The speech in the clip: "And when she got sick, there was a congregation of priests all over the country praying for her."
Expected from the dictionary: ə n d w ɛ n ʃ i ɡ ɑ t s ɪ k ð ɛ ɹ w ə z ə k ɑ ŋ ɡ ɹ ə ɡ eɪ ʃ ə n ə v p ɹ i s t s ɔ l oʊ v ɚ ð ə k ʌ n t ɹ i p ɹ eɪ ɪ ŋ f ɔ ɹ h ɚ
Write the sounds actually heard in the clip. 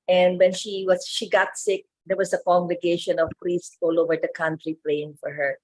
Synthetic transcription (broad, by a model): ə n d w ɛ n ʃ i ɡ ɑ t s ɪ k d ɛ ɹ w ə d ə k ɑ ŋ ɡ ɹ ə ɡ eɪ ʃ ə n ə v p ɹ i s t ɔ l oʊ v ɚ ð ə k ʌ n t ɹ i p l eɪ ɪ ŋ f ɔ ɹ h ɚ